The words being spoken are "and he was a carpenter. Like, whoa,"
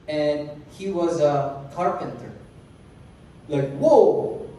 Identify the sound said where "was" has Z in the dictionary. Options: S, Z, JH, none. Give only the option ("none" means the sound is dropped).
Z